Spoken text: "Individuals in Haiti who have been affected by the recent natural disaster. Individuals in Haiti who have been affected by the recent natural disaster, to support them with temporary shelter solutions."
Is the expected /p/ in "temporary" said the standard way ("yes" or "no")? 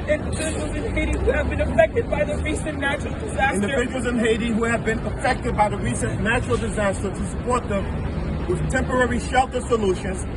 yes